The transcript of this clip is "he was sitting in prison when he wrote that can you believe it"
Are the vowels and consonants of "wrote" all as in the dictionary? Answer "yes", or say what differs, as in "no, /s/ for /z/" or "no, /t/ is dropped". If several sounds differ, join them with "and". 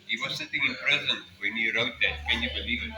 yes